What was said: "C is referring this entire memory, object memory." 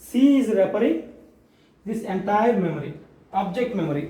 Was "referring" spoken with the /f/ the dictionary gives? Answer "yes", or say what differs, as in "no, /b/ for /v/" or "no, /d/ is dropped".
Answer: no, /p/ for /f/